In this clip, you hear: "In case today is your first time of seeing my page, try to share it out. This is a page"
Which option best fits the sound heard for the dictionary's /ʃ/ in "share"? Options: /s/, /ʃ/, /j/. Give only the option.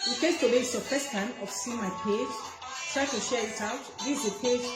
/ʃ/